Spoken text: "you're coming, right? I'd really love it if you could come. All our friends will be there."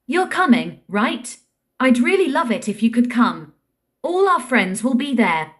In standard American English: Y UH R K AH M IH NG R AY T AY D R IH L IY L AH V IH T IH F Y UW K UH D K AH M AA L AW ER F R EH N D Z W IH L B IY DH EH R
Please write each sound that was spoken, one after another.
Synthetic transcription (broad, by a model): Y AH R K AH M IH NG R AY T AY D R IH L IY L AH V IH T IH F Y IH K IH D K AH M AA L AW ER F R EH N D Z W IH L B IY DH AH R